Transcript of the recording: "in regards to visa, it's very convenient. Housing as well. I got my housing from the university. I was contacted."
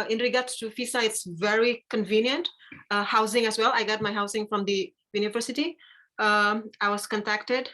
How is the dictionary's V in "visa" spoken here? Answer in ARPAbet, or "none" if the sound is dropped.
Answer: F